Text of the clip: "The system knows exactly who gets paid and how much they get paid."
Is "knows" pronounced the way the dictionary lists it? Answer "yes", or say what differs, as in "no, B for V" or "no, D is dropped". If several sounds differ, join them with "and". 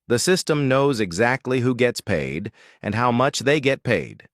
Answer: yes